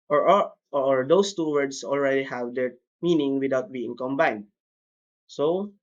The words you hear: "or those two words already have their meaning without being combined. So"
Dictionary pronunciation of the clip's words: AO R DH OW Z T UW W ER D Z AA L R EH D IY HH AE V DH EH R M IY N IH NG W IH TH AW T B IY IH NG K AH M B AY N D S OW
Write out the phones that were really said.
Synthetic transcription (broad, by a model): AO R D OW S T UW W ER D S AA L R EH D IY HH AE V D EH R M IY N IH NG W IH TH AW T B IY IH NG K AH M B AY N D S OW